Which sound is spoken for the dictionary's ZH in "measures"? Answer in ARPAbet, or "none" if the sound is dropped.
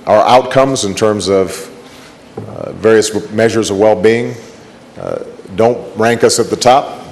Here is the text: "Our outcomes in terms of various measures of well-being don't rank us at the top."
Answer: ZH